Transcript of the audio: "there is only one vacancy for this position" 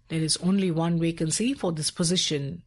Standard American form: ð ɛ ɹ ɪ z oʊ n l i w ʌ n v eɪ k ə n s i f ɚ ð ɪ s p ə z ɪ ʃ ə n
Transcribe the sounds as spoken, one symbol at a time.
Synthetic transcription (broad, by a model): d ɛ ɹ ɪ z oʊ n l i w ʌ n w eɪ k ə n s i f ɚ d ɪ s p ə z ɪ ʃ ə n